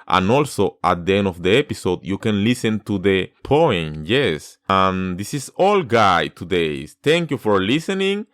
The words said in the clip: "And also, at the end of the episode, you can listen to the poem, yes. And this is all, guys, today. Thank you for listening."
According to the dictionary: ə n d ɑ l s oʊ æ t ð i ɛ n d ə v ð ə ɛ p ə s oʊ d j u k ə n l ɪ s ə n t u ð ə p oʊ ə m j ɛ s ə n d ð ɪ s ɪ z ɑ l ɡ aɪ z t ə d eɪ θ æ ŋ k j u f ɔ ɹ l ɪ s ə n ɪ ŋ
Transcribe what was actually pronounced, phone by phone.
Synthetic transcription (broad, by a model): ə n ɑ l s oʊ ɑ t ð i ɛ n d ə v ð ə ɛ p ə s oʊ d j u k ə n l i s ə n t u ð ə p oʊ ə m j ɛ s ə n d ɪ s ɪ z ɑ l ɡ aɪ t ə d eɪ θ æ ŋ k j u f ɔ ɹ l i s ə n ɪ ŋ